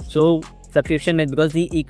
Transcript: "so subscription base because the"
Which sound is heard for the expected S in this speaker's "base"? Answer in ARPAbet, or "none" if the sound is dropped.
none